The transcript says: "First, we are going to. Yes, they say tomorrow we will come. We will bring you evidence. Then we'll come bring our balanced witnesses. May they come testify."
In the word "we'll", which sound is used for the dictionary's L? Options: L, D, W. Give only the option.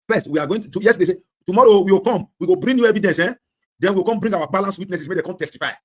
W